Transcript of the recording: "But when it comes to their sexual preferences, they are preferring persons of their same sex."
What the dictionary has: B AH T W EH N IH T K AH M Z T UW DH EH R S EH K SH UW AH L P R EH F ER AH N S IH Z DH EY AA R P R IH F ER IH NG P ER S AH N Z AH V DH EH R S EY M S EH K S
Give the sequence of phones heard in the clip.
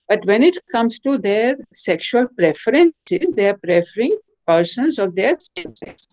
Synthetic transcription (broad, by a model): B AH T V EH N IH T K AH M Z T UW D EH R S EH K SH UW AH L P R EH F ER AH N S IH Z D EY AA R P R IH F ER IH NG P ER S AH N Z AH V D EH R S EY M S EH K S